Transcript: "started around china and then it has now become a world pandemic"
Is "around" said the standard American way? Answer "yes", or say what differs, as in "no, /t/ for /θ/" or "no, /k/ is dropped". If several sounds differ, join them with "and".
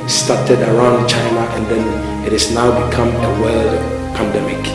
yes